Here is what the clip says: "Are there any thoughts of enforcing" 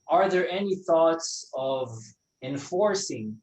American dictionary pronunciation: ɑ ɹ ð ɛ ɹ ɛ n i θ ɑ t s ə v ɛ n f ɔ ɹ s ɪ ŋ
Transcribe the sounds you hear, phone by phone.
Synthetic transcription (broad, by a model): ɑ ɹ ð ɛ ɹ ɛ n i θ ɑ t s ə v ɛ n f ɔ ɹ s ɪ ŋ